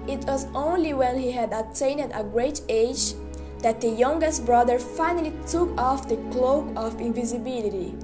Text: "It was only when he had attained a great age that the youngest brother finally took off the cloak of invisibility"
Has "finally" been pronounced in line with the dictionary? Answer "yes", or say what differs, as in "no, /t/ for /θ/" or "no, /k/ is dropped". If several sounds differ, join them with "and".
yes